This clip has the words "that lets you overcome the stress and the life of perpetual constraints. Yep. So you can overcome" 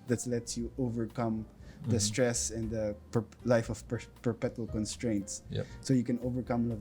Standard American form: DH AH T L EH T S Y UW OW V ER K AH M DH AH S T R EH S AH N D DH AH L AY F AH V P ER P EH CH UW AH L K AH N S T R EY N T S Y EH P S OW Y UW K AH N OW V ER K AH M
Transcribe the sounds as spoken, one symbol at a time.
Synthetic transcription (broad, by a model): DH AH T L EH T Y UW OW V ER K AH M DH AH S T R EH S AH N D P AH L AY F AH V P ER P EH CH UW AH L K AH N S T R EY N T S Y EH S OW Y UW K AH N OW V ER K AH M